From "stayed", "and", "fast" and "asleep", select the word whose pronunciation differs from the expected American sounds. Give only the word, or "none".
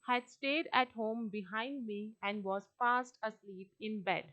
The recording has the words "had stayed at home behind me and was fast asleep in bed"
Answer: fast